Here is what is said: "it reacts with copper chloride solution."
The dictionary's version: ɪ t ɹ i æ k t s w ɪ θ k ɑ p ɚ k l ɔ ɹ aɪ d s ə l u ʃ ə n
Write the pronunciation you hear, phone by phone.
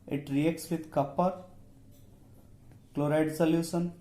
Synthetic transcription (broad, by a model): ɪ t ɹ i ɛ k t s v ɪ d k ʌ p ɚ k l ɔ ɹ aɪ d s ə l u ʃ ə n